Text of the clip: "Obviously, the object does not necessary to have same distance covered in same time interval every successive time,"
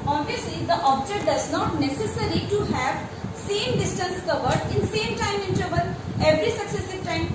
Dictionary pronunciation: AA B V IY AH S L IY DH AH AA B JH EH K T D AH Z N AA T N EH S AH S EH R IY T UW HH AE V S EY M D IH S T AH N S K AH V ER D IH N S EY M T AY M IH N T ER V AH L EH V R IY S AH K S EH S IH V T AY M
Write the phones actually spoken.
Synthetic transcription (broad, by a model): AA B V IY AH S L IY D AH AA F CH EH T D AH Z N AA T N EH S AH S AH R IY T UW HH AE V S EY M D IH S T AH N S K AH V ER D IH N S EY M T AY M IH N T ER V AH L EH V R IY S AH K S EH S IH V T AY M